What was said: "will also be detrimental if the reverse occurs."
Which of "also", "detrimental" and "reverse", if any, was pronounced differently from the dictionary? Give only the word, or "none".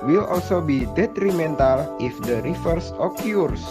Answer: reverse